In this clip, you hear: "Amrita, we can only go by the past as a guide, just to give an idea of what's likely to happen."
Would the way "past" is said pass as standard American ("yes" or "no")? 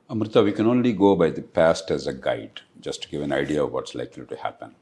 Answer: yes